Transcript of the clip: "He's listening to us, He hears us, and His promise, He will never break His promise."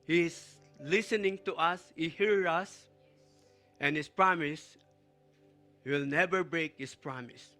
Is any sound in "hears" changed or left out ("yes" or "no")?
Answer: yes